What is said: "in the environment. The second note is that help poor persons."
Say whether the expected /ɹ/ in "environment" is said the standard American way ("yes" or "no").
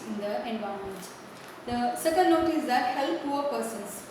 no